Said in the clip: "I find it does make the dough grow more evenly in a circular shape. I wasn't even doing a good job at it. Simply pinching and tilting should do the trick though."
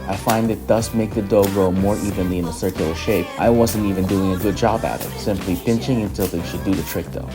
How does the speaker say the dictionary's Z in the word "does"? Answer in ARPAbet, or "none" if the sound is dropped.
S